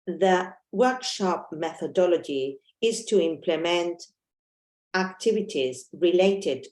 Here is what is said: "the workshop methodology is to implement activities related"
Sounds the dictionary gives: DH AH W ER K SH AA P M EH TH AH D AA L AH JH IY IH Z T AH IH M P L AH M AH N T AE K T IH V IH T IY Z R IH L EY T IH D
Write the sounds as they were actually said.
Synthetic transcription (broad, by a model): DH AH W ER K SH AA P M EH TH AH D AA L AH JH IY IH Z T AH IH M P L AH M AH N T AE K T IH V IH T IY Z R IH L EY T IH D